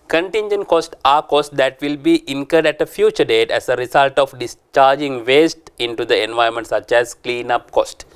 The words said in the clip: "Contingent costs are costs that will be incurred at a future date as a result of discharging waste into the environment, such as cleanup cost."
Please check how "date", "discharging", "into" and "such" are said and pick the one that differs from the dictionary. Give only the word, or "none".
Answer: none